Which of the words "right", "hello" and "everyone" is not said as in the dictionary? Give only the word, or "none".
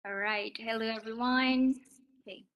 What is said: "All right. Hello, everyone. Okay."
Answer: none